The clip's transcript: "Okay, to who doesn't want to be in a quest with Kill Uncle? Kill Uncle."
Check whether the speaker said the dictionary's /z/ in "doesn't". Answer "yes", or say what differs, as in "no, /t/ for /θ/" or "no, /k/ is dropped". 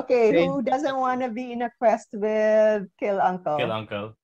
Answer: yes